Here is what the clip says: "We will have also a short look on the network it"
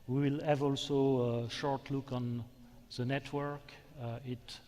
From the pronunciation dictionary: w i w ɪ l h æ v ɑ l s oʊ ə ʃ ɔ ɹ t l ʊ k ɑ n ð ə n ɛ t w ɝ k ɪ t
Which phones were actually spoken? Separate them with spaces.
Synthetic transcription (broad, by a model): w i w ɪ l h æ v ɑ l s oʊ ə ʃ ɔ ɹ t l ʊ k ɑ n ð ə n ɛ t w ɝ k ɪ t